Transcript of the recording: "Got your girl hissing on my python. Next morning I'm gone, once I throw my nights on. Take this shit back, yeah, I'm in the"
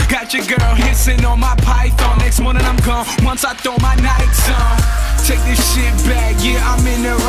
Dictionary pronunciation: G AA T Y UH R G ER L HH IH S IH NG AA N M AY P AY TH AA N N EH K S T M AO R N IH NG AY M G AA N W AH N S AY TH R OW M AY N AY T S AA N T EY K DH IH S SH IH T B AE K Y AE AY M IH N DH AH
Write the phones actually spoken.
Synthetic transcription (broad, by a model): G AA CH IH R G ER L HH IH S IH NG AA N M AY P AY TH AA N N EH K S T M AO R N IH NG AY M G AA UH W AH N S AY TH OW M AY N AY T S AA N T EY K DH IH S SH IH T B AE K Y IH AY M IH N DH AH